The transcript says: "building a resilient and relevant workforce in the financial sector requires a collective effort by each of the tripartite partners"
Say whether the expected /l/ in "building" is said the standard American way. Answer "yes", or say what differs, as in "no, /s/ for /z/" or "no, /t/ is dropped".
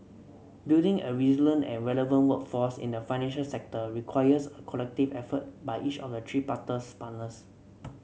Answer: no, /l/ is dropped